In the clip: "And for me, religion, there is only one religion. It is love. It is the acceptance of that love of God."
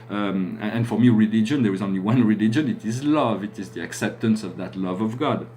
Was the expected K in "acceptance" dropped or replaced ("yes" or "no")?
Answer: no